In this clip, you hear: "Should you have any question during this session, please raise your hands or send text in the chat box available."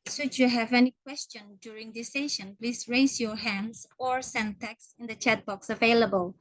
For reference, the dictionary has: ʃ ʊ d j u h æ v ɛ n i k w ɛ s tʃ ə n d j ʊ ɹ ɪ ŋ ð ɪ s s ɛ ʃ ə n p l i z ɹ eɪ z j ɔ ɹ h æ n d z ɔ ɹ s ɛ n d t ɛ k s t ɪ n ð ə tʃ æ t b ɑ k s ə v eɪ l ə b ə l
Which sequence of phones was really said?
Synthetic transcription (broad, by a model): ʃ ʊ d j u h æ v ɛ n i k w ɛ s tʃ ə n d j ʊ ɹ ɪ ŋ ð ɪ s s ɛ ʃ ə n p l i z ɹ eɪ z j ɔ ɹ h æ n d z ɔ ɹ s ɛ n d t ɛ k s ɪ n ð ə tʃ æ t b ɑ k s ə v eɪ l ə b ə l